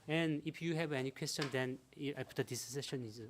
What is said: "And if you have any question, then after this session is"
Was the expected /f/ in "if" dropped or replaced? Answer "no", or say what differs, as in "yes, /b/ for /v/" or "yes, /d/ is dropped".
yes, /p/ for /f/